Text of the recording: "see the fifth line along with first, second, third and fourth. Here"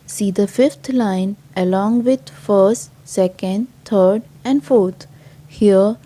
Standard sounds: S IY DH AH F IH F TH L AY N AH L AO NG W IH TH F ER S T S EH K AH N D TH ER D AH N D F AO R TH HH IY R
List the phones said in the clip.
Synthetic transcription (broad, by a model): S IY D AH F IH F T L AY N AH L AO NG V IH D F ER S T S EH K AH N D T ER D AH N D F AO R T HH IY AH